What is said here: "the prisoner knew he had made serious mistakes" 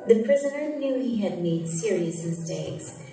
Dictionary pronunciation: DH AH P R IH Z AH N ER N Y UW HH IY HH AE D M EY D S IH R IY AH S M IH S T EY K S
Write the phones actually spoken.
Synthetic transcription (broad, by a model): DH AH P R IH Z AH N ER N Y UW HH IY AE D M EY D S IH R IY AH S M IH S T EY K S